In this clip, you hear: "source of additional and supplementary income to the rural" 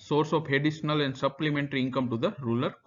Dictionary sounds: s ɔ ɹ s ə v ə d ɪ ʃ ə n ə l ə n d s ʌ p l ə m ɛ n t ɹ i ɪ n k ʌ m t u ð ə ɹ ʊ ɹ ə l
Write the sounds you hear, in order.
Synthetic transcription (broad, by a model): s ɔ ɹ s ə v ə d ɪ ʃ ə n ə l ə n d s ʌ p l ə m ɛ n t ɹ i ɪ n k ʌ m t u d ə ɹ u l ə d